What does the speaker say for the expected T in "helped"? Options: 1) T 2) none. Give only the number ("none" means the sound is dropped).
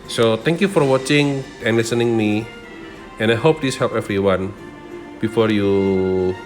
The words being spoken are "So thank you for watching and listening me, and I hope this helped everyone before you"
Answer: 2